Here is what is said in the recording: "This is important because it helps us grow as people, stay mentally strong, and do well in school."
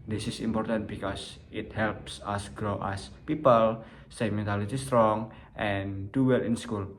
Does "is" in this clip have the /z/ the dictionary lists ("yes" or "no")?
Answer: no